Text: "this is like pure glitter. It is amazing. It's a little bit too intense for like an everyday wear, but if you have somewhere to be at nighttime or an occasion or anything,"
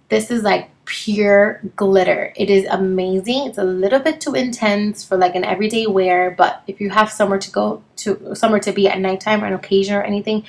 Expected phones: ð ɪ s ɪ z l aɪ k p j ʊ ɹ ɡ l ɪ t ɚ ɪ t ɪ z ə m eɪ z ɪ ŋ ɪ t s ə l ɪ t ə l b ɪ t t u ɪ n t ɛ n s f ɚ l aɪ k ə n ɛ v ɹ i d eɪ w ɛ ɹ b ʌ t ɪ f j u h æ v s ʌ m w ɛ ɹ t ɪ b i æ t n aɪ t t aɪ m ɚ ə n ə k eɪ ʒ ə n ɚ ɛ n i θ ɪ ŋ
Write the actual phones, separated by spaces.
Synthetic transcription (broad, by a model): ð ɪ s ɪ z l aɪ k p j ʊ ɹ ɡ l ɪ t ɚ ɪ t ɪ z ə m eɪ z ɪ ŋ ɪ t s ə l ɪ t l b ɪ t t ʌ ɪ n t ɛ n s f ɚ l aɪ k ə n ɛ v ɹ i d eɪ w ɛ ɹ b ʌ t ɪ f j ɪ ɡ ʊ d s ʌ m w ɛ ɹ t ɪ b i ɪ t n aɪ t t aɪ m ɚ ə n ə k eɪ ʒ ə n ɚ ɛ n i θ ɪ ŋ